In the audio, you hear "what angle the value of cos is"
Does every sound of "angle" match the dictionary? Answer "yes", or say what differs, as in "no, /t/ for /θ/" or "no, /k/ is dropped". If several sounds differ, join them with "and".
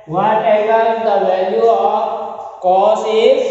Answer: no, /ŋ/ is dropped